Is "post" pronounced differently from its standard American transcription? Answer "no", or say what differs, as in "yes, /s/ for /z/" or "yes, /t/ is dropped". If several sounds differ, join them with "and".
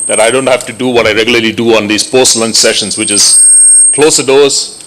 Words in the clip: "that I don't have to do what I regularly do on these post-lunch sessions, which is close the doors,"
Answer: no